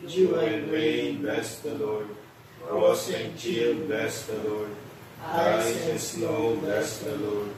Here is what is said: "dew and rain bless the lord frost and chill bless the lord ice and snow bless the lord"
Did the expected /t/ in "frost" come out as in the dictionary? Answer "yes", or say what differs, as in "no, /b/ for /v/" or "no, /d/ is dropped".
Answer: no, /t/ is dropped